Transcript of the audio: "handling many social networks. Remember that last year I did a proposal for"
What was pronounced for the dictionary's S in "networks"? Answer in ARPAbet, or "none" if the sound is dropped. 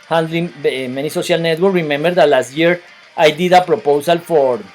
none